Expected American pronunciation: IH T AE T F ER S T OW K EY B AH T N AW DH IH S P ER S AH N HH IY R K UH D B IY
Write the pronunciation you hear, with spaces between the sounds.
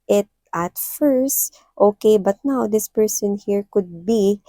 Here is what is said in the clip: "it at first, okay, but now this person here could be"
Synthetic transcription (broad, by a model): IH T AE T F ER S T OW K EY B AH T N AW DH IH S P ER S AH N HH IY R K UH D B IY